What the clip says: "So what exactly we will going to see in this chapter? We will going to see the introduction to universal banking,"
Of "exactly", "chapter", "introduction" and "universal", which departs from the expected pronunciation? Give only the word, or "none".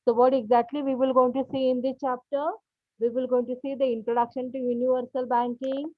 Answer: none